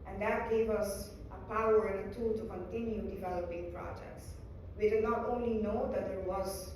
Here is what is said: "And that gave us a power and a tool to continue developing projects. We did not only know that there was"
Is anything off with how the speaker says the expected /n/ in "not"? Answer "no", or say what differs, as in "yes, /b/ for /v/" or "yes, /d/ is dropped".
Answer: no